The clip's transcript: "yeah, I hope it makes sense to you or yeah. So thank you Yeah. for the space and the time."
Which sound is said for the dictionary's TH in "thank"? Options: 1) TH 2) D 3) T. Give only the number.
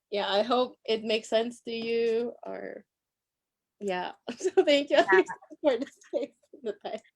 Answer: 1